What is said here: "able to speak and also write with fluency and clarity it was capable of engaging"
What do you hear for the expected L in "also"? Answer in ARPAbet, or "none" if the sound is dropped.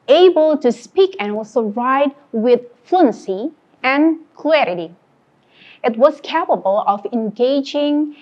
none